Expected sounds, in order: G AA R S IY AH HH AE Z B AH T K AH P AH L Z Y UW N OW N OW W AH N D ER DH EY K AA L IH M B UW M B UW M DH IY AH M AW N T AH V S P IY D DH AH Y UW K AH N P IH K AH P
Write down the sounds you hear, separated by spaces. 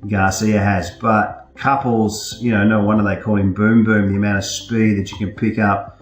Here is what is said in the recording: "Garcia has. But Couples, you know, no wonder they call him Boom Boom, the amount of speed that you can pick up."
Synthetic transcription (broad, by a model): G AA S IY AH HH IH Z B AH T K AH P L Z Y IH N OW N OW W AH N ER DH EY K AA L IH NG B UW M B UW M DH IY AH M AW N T AH V S P IY D DH AH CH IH K AH N P IH K AH P